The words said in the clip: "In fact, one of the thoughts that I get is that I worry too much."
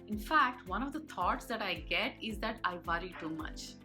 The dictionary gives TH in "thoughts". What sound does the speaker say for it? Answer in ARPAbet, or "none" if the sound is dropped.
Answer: T